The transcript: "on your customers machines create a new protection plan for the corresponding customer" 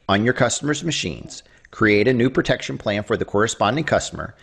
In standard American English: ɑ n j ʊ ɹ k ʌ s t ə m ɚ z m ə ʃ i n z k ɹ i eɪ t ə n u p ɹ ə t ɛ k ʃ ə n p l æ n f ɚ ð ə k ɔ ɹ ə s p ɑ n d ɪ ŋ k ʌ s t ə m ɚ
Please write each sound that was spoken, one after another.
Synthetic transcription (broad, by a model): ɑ n j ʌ ɹ k ʌ s t ə m ɚ z m ə ʃ i n z k ɹ i eɪ t ə n u p ɹ ə t ɛ k ʃ ə n p l æ n f ɚ ð ə k ɔ ɹ ə s p ɑ n d ɪ ŋ k ʌ s t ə m ɚ